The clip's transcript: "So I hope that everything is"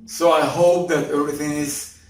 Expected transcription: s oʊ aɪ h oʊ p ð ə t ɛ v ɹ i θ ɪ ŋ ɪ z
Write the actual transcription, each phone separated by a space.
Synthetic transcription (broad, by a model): s oʊ aɪ h oʊ p ð ə t ɛ v ɹ i θ ɪ ŋ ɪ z